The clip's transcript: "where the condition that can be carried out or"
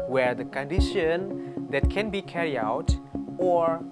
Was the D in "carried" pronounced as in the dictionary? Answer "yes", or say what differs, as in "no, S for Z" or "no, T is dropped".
no, D is dropped